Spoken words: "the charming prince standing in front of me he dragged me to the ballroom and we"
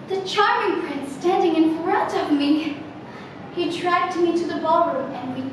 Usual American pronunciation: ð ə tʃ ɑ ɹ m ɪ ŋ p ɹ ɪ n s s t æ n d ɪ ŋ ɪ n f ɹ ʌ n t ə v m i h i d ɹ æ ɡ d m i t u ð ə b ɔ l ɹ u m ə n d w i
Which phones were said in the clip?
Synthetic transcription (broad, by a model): ð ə tʃ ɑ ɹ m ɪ ŋ p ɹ ɪ n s s t æ n d ɪ ŋ ɪ n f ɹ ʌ t ə v m i h i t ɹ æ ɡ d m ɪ t u ð ə b ɔ l ɹ u m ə n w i